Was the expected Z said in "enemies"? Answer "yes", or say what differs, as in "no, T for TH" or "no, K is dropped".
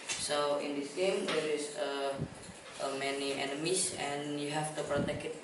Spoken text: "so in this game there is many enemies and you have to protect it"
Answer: no, S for Z